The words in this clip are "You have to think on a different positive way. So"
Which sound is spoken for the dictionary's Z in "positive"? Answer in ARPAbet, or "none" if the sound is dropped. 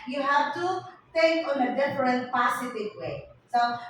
S